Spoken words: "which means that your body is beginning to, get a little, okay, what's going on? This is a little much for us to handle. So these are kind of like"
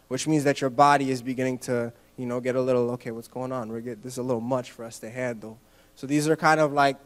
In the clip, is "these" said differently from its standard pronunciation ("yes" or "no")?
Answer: no